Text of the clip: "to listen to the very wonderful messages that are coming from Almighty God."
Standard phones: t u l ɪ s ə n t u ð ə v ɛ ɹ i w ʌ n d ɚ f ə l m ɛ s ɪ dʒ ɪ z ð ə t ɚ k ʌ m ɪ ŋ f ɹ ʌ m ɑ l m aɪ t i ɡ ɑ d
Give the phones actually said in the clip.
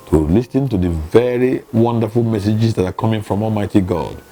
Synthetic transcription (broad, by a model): t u l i s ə n t u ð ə v ɛ ɹ i w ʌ n d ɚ f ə l m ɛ s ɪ dʒ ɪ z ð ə t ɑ k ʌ m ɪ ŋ f ɹ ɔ m ɑ l m aɪ t i ɡ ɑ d